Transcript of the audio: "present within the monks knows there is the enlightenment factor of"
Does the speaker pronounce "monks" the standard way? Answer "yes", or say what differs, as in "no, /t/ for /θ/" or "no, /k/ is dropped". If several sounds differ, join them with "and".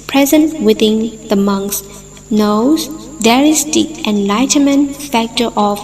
yes